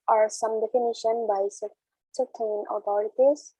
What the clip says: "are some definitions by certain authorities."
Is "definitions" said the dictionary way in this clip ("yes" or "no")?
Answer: no